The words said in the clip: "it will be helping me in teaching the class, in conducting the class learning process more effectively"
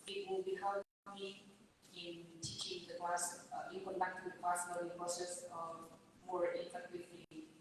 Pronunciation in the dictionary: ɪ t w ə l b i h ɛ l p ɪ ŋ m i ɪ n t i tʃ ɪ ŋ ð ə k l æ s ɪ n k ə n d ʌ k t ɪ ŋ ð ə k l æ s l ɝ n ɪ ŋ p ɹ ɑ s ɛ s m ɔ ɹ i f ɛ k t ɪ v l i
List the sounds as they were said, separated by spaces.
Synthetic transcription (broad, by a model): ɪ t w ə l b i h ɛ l ɪ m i ɪ n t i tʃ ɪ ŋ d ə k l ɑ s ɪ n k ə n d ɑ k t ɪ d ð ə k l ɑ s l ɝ ɪ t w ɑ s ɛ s m ɔ ɹ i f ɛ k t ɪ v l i